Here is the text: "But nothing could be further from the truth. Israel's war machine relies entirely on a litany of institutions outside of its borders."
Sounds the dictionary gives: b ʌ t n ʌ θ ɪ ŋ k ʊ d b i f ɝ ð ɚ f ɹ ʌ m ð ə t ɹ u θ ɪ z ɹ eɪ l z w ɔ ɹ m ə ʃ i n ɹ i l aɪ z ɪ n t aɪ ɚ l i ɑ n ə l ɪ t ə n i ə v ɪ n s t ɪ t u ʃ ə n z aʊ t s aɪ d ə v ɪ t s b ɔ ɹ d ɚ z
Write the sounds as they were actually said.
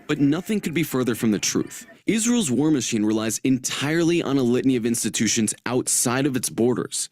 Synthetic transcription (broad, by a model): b ʌ t n ʌ θ ɪ ŋ k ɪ d b i f ɝ ð ɚ f ɹ ʌ m ð ə t ɹ u θ ɪ z ɹ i l z w ɔ ɹ m ə ʃ i n ɹ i l aɪ z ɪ n t aɪ ɚ l i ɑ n ə l ɪ t n i ə v ɪ n s t ɪ t u ʃ ə n z aʊ t s aɪ d ə v ɪ t s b ɔ ɹ d ɚ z